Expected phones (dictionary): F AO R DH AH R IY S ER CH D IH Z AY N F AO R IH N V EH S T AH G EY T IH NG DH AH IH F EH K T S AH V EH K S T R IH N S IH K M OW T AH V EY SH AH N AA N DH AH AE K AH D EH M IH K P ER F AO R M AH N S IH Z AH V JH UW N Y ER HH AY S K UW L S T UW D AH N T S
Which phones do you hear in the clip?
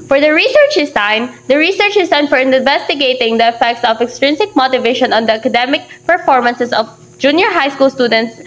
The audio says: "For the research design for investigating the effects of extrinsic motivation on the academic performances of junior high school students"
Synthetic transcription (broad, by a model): F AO R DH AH R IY S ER CH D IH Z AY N F AO R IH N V EH S T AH G EY T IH NG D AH IH F EH K T S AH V EH K S T R IH N S IH K M OW T AH V EY SH AH N AA N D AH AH K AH D EH M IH K P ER F AO R M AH N S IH S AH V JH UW N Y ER HH AY S K UW L S T UW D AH N T S